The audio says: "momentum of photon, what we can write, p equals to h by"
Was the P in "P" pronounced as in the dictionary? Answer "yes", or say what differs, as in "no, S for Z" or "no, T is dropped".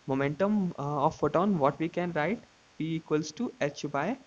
no, B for P